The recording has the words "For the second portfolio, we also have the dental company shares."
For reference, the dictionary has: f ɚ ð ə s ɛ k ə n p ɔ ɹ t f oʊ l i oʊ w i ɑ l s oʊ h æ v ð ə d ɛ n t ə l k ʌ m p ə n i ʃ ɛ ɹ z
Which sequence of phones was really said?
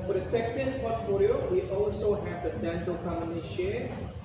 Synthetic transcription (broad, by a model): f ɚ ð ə s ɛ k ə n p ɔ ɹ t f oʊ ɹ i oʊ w i ɑ l s oʊ h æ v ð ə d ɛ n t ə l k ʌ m ə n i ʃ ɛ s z